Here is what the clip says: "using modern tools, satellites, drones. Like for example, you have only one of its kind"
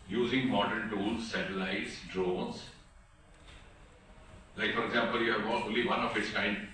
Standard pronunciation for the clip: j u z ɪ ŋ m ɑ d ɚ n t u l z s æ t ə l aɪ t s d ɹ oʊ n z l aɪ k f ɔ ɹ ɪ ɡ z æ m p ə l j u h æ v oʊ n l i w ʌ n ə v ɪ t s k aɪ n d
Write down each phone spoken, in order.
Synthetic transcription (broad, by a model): j u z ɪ ŋ m ɑ d ɚ n t u l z s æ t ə l aɪ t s d ɹ oʊ n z l aɪ k f ɔ ɹ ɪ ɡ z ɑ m p ə l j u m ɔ b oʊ l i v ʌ n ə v ɪ t s k aɪ n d